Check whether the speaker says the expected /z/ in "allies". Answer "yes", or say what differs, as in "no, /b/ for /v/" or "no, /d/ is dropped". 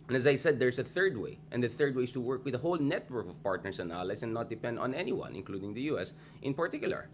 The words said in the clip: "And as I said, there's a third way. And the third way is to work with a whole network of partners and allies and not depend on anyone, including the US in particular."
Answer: no, /s/ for /z/